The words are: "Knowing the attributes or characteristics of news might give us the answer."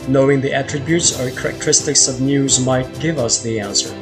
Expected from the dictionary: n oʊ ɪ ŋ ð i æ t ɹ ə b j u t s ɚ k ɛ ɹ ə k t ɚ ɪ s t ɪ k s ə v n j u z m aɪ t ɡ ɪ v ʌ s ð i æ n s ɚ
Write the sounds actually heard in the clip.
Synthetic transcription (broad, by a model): n oʊ ɪ ŋ ð i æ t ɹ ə b j u t s ɚ k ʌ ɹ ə k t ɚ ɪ s t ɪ k s ə v n j u z m aɪ t ɡ ɪ v ʌ s ð i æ n s ɚ